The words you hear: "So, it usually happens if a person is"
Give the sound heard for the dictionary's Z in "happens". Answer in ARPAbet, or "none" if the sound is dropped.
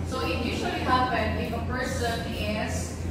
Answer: none